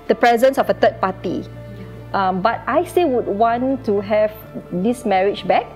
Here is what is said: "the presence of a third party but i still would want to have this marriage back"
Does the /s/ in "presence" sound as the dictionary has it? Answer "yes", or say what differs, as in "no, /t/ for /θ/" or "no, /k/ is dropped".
yes